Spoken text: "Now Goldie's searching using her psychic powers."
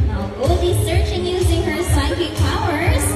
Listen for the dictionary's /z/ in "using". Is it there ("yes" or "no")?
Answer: yes